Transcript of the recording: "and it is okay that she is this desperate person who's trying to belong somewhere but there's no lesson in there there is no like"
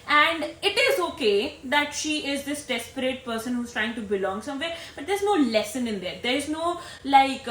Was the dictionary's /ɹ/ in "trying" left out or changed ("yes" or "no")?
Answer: no